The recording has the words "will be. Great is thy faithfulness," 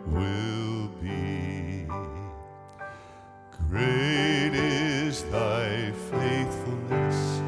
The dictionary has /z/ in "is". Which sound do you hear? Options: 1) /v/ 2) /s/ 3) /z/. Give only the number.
2